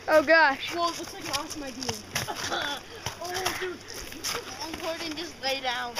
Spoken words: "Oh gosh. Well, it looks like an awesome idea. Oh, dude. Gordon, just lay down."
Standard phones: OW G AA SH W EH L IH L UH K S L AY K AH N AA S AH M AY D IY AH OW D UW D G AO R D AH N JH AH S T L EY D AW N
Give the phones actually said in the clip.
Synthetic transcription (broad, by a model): OW G AA SH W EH IH W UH S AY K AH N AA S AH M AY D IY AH OW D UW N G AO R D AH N JH AH S T L EY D AW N